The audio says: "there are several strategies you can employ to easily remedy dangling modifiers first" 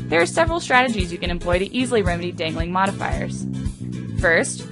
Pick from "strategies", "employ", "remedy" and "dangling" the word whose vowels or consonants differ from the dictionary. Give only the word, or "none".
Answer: none